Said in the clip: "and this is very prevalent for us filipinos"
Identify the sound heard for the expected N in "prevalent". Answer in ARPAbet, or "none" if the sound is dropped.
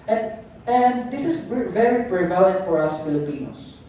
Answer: none